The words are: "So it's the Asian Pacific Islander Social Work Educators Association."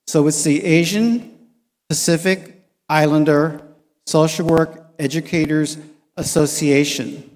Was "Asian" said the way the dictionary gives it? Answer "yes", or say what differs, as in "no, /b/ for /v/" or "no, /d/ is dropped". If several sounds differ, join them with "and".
yes